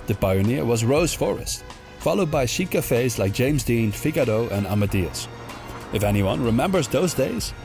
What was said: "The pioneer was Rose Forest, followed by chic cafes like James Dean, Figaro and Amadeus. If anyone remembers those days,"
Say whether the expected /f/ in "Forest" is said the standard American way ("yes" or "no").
yes